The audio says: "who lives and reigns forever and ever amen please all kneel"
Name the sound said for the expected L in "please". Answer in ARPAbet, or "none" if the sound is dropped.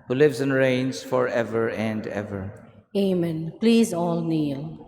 L